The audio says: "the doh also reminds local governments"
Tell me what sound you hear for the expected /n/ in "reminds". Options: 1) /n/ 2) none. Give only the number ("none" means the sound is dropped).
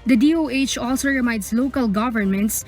2